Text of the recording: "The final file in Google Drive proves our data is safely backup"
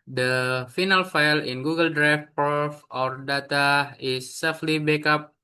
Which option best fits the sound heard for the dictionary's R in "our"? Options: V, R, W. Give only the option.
R